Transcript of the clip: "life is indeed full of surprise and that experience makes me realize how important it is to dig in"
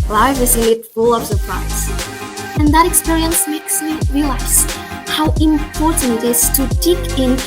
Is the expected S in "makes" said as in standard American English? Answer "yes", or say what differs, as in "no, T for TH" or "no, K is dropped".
yes